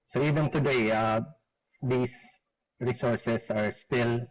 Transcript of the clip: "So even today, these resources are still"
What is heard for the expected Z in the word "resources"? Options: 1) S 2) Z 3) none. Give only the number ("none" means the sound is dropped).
1